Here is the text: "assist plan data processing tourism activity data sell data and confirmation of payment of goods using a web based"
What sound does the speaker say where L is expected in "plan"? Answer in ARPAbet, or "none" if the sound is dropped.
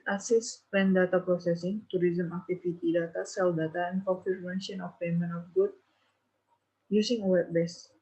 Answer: none